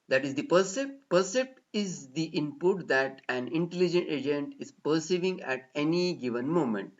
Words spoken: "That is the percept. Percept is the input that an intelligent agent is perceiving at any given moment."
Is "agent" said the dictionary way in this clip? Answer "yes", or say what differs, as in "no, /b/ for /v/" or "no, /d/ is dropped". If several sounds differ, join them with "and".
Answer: yes